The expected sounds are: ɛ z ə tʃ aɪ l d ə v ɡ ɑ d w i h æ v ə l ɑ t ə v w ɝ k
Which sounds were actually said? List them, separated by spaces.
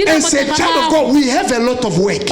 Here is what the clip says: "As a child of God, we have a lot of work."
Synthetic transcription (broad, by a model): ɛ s ə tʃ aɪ d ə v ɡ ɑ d w i h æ v ə l ɑ t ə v w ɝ k